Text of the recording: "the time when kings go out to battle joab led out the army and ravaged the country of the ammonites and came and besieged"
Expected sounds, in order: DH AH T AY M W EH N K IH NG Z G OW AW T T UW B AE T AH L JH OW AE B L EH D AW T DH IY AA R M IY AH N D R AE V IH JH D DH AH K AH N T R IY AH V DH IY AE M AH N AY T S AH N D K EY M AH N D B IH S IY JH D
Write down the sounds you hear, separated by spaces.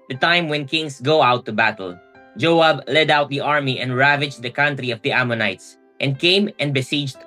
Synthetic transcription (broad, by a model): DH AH T AY M W EH N K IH NG S G OW AW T T UW B AE T AH L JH OW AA B L EH D AW T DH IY AA R M IY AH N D R AE V IH JH D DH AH K AH N T R IY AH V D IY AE M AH N AY T S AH N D K EY M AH N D B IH S IY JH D